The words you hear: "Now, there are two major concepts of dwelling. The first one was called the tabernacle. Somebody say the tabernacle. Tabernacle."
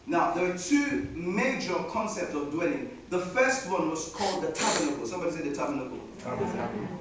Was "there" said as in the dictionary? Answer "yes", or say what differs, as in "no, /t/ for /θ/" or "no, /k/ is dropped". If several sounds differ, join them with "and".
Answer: no, /w/ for /ɹ/